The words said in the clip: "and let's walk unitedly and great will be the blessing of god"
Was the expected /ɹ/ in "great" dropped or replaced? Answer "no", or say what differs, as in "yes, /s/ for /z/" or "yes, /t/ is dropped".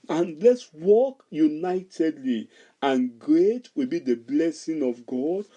no